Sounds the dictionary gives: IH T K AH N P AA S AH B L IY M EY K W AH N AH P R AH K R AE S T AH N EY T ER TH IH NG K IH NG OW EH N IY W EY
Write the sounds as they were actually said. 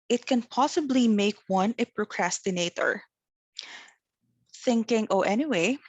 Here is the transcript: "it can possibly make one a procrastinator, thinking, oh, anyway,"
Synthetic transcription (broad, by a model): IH T K AH N P AA S AH B L IY M EY K W AH N AH P R AH K R AE S T AH N EY T ER TH IH NG K IH NG OW EH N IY W EY